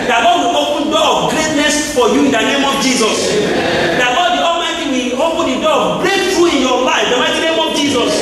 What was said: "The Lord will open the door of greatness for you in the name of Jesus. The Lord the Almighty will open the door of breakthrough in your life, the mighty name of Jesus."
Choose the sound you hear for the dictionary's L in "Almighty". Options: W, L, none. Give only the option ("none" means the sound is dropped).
none